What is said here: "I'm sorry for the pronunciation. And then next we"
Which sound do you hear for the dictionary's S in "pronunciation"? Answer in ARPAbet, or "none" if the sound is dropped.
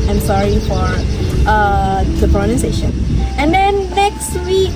none